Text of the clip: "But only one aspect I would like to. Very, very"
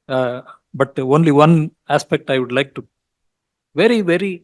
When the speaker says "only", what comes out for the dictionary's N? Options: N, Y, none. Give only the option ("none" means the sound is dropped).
N